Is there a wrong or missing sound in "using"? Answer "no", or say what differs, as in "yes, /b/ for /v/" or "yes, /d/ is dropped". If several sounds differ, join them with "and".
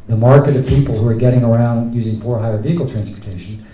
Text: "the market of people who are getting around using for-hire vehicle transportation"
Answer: no